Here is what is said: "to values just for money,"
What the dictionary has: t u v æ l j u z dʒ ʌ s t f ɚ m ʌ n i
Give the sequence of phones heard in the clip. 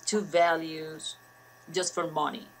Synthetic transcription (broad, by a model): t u v æ l j u z dʒ ʌ s t f ɚ m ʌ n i